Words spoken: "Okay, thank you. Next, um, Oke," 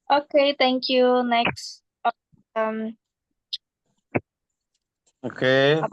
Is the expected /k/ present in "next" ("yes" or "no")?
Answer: yes